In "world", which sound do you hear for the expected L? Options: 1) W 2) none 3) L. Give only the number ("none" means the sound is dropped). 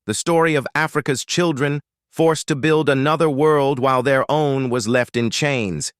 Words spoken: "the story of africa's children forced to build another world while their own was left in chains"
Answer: 3